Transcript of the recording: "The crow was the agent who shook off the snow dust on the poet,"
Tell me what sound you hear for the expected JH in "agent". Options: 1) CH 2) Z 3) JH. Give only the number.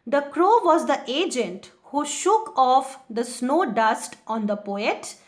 3